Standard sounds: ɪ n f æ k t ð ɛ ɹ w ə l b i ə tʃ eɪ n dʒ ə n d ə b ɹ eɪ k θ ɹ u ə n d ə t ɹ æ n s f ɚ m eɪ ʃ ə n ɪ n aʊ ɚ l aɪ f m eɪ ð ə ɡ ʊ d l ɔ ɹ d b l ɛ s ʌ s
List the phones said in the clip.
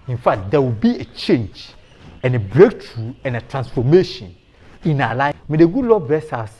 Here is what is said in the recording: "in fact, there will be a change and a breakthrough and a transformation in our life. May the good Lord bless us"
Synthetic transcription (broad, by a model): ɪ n f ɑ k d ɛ w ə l b i ə tʃ eɪ n dʒ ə n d ə b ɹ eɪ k t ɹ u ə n ə t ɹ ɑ n s f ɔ m eɪ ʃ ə n ɪ n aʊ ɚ l aɪ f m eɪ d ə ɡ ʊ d l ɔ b ɛ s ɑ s